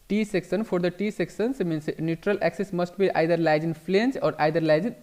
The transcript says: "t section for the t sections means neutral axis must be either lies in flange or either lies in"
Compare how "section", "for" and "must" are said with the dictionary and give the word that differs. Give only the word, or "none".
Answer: section